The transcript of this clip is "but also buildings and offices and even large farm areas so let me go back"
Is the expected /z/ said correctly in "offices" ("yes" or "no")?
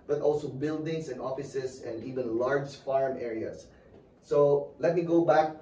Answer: no